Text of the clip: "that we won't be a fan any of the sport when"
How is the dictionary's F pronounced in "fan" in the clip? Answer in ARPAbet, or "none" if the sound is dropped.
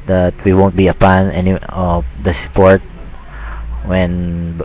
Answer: P